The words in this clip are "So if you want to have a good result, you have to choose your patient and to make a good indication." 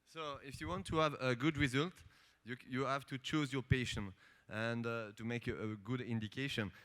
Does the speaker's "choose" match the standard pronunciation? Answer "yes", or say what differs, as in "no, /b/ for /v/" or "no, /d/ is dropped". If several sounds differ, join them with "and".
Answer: yes